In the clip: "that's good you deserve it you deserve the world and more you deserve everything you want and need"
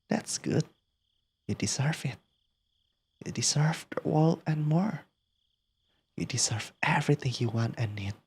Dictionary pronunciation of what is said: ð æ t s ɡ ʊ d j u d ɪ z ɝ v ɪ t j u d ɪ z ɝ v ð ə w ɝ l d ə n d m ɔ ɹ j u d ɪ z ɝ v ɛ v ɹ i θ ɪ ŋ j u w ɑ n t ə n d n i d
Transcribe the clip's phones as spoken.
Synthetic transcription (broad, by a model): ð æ t s ɡ ʊ d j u d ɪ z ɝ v ɪ t j u d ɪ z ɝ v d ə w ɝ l ə n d m ɔ ɹ j u d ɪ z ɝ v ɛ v ɹ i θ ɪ ŋ j u w ɑ n t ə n n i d